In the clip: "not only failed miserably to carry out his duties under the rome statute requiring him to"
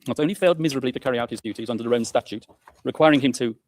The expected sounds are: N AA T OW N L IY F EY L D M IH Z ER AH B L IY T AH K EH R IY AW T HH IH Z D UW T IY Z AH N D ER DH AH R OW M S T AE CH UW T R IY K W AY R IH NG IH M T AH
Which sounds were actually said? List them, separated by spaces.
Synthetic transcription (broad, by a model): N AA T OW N L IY F EY L D M IH Z ER AH B L IY T AH K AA R IY AW T HH IH Z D UW T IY Z AH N D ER DH AH R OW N S T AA CH UW T R IY K W AY R IH NG IH M T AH